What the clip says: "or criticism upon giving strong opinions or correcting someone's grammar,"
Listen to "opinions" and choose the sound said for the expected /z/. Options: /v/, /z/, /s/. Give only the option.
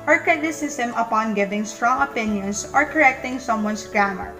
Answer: /s/